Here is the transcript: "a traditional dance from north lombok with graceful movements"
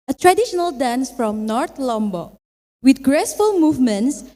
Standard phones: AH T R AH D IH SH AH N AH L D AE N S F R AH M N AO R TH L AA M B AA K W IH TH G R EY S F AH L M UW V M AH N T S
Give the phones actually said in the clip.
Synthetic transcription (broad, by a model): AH T R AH D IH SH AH N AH L D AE N S F R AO M N AO R T L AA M B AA W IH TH G R EY S F AH L M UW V M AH N T S